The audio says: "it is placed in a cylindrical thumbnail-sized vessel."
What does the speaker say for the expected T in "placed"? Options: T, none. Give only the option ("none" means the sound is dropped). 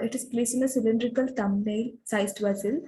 none